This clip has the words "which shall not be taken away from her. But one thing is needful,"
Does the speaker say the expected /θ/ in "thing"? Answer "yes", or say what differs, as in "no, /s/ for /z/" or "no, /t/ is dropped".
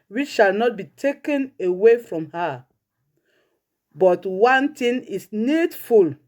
no, /t/ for /θ/